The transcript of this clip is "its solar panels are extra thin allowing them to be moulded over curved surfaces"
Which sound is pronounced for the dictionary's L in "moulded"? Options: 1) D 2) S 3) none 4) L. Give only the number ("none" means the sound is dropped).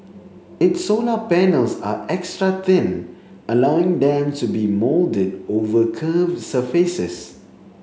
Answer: 4